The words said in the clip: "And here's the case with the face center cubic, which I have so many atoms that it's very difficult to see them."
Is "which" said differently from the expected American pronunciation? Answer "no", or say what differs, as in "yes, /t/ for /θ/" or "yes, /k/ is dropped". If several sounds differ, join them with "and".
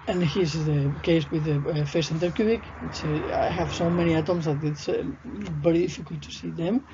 yes, /s/ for /tʃ/